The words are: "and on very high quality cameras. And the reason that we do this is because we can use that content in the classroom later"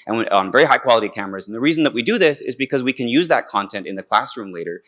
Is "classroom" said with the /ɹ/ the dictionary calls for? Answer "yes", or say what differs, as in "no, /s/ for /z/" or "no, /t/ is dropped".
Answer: yes